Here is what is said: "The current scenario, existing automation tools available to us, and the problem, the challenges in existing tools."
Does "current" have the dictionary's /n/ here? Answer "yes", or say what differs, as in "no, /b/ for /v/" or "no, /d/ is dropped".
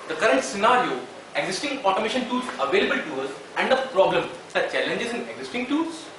yes